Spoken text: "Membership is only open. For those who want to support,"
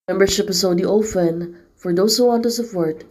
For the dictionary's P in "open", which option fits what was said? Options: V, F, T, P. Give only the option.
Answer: F